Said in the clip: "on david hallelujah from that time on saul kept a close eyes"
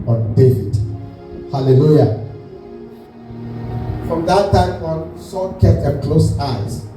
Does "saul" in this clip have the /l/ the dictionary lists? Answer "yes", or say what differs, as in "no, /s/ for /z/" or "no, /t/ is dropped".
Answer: no, /n/ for /l/